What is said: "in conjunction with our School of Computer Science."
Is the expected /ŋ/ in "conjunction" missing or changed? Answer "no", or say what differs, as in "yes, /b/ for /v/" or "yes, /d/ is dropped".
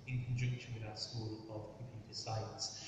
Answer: yes, /ŋ/ is dropped